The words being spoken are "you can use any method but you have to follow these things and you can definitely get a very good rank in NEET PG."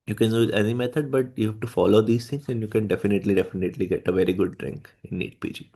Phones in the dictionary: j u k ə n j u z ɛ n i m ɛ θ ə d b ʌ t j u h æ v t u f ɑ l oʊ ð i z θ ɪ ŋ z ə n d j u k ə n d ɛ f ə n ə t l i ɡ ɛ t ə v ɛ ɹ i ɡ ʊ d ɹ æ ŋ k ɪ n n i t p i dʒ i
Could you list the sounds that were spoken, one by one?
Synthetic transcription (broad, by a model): j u k ə n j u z ɛ n i m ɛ t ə d b ʌ t j u h æ v t u f ɑ l oʊ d i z t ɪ ŋ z ə n d j u k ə n d ɛ f ə n ə t l i ɡ ɛ t ə v ɛ ɹ i ɡ ʊ d ɹ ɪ ŋ k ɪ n n i t p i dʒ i